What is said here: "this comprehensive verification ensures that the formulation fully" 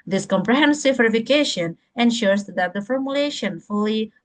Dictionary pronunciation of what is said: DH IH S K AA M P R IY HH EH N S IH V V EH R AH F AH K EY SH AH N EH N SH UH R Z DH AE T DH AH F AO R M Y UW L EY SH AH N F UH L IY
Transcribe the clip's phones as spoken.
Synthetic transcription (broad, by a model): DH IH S K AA M P R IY HH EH N S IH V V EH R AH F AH K EY SH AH N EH N SH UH R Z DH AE T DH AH F AO R M Y UW L EY SH AH N F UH L IY